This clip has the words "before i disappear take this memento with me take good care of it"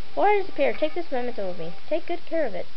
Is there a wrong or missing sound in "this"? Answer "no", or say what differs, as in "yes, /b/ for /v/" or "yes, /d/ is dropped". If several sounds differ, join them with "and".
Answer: no